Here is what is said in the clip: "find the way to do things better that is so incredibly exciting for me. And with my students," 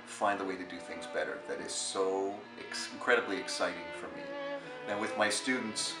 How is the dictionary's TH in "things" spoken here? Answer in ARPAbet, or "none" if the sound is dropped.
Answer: TH